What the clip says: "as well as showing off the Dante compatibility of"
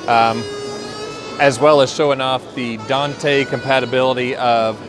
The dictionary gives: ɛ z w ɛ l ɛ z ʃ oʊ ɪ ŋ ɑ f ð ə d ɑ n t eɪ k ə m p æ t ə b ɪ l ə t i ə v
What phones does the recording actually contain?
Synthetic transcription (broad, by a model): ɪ z w ɛ l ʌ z ʃ oʊ ɪ ŋ ɑ f ð ə d ɑ n t eɪ k ə m p æ t ə b ɪ l ə t i ə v